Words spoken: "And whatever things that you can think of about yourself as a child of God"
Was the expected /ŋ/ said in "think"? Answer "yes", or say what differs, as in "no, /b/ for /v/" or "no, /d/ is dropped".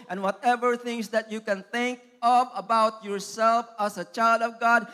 yes